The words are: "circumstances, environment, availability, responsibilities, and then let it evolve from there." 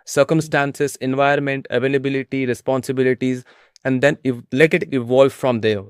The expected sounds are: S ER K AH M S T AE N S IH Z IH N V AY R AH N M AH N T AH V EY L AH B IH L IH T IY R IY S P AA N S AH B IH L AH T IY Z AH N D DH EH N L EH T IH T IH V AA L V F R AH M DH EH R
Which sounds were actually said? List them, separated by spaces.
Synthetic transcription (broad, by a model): S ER K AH M S T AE N S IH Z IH N V AY AH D M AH N T AH V EY L AH B IH L IH T IY R IY S P AA N S AH B IH L AH T IY Z AH N D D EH N L EH T IH T IH V AA L V F R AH M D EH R